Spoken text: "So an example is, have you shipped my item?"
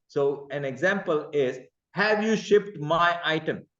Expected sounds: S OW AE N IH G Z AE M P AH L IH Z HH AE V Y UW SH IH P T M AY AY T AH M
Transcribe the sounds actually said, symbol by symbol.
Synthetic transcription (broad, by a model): S OW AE N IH G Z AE M P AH L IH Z HH AE V Y UW SH IH P T M AY AY T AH M